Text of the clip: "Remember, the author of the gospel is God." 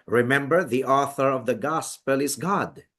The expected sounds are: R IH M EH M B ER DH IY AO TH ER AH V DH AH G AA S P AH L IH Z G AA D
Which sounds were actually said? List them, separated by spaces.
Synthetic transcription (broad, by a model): R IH M EH M B ER DH IY AO TH ER AH V DH AH G AA S P AH L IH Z G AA D